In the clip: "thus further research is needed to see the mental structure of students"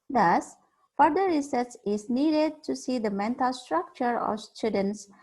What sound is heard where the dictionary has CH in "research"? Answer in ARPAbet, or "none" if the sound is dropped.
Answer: S